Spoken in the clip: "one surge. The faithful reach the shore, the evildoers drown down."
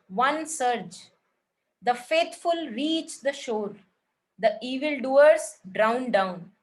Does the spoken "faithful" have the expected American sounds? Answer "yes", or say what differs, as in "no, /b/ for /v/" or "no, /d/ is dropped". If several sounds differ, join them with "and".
no, /t/ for /θ/